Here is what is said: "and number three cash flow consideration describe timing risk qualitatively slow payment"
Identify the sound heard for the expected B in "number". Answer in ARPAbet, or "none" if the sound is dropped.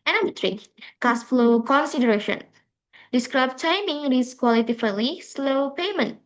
none